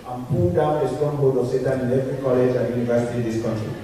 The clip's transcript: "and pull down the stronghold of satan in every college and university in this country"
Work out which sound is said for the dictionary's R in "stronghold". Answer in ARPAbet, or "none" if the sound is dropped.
none